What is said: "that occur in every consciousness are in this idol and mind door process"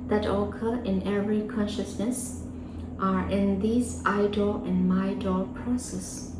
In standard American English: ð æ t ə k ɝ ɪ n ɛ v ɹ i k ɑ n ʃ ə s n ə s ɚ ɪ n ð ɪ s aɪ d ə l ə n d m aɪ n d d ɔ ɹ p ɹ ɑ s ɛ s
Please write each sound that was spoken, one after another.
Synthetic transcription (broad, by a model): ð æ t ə k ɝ ɪ n ɛ v ɹ i k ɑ n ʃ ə s n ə s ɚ ɪ n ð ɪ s aɪ d ə l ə n m aɪ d d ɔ l p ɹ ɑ s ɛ s